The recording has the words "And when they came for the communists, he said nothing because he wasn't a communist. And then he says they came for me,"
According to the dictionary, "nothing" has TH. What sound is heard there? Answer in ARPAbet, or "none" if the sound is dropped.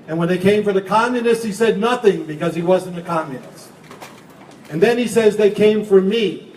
TH